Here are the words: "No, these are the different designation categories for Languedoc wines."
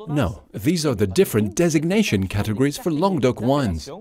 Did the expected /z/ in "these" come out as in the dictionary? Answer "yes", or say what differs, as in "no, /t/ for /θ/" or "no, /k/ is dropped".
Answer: yes